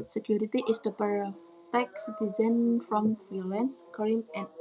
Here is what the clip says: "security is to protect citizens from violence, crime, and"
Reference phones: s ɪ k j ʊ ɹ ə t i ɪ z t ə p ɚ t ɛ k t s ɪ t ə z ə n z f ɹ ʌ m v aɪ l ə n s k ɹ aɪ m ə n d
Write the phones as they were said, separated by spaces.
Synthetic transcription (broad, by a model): s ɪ k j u ɹ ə t i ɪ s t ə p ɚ t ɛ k s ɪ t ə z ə n f ɹ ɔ m f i l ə n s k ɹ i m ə n